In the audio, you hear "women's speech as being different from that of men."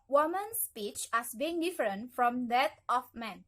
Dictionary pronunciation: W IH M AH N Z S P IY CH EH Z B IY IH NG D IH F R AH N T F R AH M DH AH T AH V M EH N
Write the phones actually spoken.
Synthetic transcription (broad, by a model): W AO M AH N S P IY CH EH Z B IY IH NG D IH F R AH N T F R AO M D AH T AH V M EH N